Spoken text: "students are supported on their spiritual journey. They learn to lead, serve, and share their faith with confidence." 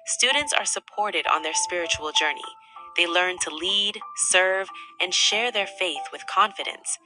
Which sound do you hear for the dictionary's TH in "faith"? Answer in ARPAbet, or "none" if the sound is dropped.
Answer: TH